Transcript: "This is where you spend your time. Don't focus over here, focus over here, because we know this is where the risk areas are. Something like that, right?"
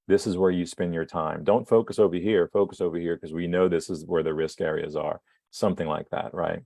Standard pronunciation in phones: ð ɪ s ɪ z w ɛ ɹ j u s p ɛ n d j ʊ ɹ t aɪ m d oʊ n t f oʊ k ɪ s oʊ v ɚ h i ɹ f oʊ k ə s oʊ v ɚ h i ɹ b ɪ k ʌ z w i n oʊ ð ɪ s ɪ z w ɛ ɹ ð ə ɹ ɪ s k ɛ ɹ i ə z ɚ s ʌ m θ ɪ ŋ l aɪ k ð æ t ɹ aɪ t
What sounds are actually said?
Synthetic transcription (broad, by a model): ð ɪ s ɪ z w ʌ ɹ j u s p ɛ n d j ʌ ɹ t aɪ m d oʊ n t f oʊ k ɪ s oʊ v ɚ h i ɹ f oʊ k ə s oʊ v ɚ h i ɹ k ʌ z w i n oʊ ð ɪ s ɪ z w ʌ ɹ ð ə ɹ ɪ s k ɛ ɹ i ə z ɚ s ʌ m θ ɪ ŋ l aɪ k ð æ t ɹ aɪ t